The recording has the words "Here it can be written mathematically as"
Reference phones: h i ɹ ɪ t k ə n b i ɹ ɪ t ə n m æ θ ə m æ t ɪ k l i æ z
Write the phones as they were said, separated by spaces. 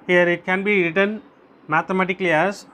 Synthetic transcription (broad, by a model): h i ɹ ɪ t k ə n b i ɹ ɪ t ə n m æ t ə m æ t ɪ k l i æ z